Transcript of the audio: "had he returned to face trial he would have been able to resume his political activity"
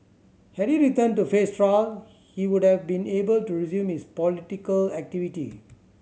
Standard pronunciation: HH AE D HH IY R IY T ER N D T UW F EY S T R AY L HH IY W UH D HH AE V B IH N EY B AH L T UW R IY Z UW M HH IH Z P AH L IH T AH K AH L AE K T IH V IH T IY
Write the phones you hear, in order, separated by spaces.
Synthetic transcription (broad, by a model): HH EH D HH IY R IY T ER N T UW F EY S T R AY L HH IY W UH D HH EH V B IH N EY B AH L T UW R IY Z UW M HH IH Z P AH L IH T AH K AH L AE K T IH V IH T IY